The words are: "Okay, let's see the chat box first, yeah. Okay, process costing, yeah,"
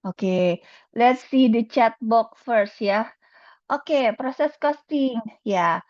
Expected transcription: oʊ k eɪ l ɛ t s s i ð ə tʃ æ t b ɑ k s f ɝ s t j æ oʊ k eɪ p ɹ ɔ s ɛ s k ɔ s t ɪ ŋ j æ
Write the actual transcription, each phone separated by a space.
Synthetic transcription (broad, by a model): oʊ k eɪ l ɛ t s s i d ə tʃ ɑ t b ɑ k f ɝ s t j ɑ oʊ k eɪ p ɹ ɔ s ɛ s k ɔ s t ɪ ŋ j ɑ